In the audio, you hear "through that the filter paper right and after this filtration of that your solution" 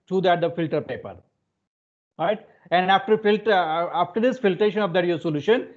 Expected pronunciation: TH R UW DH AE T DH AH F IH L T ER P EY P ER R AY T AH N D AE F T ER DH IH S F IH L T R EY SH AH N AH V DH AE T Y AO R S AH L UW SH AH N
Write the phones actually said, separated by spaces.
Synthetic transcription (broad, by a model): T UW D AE T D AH F IH L T ER P EY P ER R AY T AH N D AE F T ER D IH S F IH L T R EY SH AH N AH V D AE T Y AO S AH L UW SH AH N